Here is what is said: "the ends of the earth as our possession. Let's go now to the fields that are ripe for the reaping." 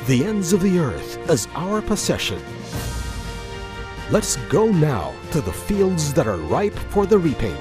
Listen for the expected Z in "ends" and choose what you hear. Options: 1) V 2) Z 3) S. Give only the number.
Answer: 2